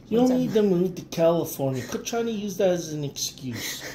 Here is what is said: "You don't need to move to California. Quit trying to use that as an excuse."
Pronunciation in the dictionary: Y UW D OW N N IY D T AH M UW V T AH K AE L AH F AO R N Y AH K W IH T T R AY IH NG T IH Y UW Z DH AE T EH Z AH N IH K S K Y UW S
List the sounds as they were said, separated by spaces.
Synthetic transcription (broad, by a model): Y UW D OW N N IY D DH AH M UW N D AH K AE L AH F AO R N Y AH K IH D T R AY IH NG T IH Y UW Z DH AE T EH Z AH N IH K S K Y UW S